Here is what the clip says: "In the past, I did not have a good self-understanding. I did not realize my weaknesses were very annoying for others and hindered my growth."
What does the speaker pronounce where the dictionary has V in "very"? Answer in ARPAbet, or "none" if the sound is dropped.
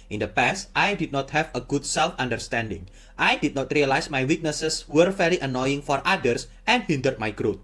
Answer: F